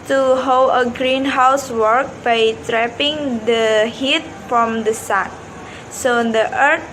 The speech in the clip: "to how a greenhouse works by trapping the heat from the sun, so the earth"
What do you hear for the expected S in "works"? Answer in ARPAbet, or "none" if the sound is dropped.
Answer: none